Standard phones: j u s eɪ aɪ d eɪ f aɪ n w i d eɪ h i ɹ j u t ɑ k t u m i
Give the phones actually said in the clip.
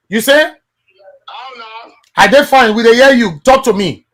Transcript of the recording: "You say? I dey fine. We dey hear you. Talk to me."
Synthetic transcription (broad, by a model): j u s eɪ aɪ d eɪ f aɪ n w i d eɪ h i j u t ɑ k t u m i